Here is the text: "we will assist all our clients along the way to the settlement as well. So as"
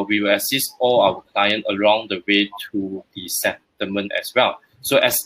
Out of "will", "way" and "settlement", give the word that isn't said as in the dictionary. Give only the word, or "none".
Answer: settlement